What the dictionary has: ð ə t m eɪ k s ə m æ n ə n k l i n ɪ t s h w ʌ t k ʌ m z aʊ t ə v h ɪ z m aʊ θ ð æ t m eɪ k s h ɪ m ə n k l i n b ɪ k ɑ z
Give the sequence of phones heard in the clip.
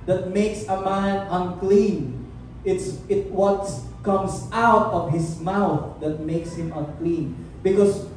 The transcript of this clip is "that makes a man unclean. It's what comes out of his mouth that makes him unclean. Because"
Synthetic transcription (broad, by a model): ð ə t m eɪ k s ə m æ n ə n k l i n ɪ t s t w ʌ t k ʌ m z aʊ t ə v h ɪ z m aʊ θ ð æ t m eɪ k s h ɪ m ə n k l i n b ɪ k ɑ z